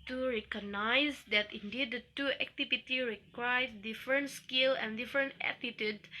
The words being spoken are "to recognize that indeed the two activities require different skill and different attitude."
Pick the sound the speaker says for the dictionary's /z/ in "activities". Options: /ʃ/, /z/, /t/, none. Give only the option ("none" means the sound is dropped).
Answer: none